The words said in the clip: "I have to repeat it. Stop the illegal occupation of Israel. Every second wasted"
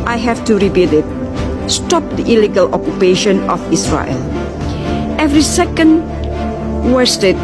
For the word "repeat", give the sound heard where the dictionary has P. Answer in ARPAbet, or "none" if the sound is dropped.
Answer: B